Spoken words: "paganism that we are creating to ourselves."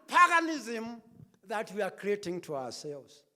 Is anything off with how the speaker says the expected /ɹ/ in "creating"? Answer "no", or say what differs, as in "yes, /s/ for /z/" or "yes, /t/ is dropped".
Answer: no